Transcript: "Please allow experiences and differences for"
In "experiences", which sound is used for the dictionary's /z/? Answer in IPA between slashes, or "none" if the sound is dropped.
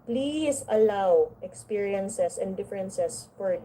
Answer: /s/